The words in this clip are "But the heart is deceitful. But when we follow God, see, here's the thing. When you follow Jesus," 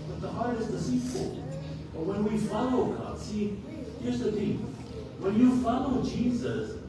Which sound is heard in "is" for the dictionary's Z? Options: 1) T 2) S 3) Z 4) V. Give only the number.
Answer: 3